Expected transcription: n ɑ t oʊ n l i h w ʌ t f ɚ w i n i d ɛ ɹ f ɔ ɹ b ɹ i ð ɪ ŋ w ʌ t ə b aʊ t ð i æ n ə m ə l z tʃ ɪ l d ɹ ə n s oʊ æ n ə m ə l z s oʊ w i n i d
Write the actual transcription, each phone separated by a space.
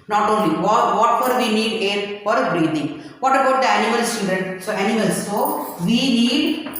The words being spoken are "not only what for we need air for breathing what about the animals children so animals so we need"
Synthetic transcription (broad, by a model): n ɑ t oʊ n l i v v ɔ t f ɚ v i n i d ɛ ɹ f ɔ ɹ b ɹ i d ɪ ŋ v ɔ t ə b aʊ t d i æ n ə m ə l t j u d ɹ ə n s oʊ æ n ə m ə l s oʊ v i n i d